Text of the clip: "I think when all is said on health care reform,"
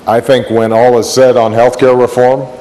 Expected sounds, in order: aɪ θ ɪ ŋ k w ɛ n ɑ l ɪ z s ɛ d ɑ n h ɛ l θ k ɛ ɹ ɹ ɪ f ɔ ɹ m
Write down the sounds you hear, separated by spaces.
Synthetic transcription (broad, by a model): aɪ θ ɪ ŋ k w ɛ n ɑ l ɪ z s ɛ d n h ɛ l θ k ɛ ɹ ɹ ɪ f ɔ ɹ m